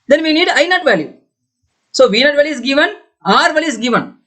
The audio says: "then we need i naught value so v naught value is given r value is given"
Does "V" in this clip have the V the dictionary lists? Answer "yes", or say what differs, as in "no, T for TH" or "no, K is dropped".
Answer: yes